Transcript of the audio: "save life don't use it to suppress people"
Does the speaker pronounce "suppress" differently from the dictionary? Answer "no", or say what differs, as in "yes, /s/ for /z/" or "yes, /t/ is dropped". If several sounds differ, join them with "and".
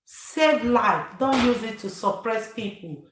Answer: no